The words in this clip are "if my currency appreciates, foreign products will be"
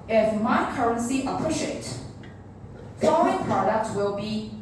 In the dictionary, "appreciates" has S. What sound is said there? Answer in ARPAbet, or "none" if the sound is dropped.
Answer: none